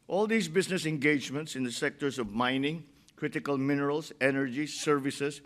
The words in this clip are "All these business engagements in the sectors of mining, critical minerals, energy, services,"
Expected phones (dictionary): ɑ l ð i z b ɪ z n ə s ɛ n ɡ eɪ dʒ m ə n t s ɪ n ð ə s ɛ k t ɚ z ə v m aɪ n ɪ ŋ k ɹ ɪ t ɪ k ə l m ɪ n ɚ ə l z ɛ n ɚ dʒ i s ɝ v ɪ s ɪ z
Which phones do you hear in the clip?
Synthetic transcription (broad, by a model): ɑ l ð i s b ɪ s n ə s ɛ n ɡ eɪ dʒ m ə n t s ɪ n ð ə s ɛ k t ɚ s ə v m aɪ n ɪ ŋ k ɹ ɪ t ɪ k ə l m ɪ n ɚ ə l s ɛ n ɚ dʒ i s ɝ v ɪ s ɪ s